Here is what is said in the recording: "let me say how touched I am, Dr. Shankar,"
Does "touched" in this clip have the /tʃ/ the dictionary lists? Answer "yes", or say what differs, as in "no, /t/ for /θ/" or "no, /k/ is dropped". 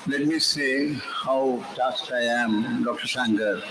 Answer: no, /s/ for /tʃ/